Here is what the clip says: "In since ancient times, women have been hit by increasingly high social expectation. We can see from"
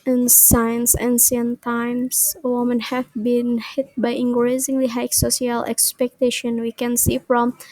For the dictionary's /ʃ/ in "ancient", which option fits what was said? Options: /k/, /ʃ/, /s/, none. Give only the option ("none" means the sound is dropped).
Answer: /s/